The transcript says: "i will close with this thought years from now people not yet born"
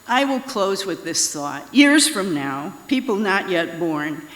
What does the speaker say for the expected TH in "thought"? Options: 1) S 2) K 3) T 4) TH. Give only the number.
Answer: 4